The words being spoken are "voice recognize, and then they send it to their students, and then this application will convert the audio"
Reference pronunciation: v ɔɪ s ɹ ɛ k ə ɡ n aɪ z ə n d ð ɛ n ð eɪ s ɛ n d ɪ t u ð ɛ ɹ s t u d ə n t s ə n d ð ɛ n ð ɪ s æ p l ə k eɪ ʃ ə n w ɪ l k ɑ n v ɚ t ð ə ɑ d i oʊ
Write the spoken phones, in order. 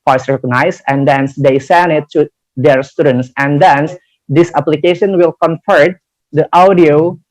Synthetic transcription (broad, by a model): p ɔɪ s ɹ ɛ k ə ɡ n aɪ s ə n d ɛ n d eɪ s ɛ n d ɪ t u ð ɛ ɹ s t u d ə n t s ə n d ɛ n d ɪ s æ p l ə k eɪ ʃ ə n w ɪ l k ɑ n f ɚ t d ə ɑ d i oʊ